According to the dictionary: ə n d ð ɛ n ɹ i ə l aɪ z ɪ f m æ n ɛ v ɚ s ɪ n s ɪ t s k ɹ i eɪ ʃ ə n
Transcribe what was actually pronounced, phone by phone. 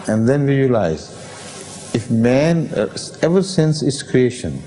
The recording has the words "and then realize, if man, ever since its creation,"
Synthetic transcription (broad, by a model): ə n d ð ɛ n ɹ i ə l aɪ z ɪ f m æ n ɛ v ɚ s ɪ n s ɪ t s k ɹ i eɪ ʃ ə n